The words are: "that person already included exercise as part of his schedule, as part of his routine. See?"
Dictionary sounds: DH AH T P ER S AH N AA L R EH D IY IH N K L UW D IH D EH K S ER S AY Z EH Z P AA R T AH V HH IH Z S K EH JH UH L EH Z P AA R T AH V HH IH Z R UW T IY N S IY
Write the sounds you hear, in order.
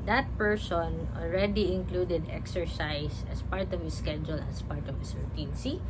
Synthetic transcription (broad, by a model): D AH T P ER S AH N AA L R EH D IY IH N K L UW D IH D EH K S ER S AY S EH S P AA R T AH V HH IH S K EH JH UH L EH S P AA R T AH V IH S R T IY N S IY